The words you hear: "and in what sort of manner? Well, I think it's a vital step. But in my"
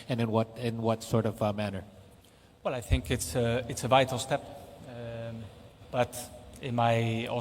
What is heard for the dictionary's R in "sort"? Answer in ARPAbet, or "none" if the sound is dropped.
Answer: R